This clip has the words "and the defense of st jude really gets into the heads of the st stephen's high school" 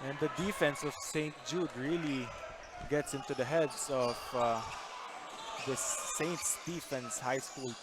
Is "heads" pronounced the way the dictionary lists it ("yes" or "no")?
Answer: no